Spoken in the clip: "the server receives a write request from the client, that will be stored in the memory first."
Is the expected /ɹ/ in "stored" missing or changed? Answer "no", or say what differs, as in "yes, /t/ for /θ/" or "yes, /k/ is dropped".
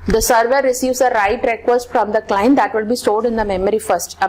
yes, /l/ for /ɹ/